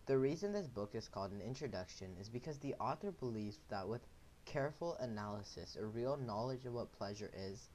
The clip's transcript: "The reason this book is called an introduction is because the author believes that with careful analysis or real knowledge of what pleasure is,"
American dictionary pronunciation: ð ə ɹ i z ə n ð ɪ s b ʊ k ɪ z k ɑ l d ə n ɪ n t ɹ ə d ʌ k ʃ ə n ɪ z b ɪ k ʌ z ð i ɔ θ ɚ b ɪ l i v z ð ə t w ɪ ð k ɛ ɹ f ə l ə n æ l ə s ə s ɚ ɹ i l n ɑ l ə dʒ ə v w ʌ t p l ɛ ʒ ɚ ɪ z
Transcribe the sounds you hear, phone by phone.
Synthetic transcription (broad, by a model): ð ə ɹ i z ə n ð ɪ s b ʊ k ɪ z k ɑ l d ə n ɪ n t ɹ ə d ʌ k ʃ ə n ɪ z b ɪ k ʌ z ð i ɔ θ ɚ b ɪ l i v z ð ə t w ɪ ð k ɛ ɹ f l ə n æ l ə s ə s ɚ ɹ i l n ɑ l ə dʒ ə v w ʌ t p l ɛ ʒ ɚ ɪ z